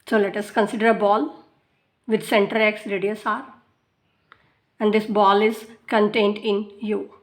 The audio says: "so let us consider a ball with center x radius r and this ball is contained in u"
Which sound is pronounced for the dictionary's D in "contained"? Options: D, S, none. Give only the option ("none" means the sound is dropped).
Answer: D